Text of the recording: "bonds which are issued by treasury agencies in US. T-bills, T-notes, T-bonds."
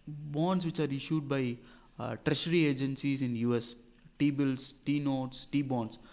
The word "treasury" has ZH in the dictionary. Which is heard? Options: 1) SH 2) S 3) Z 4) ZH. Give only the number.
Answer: 1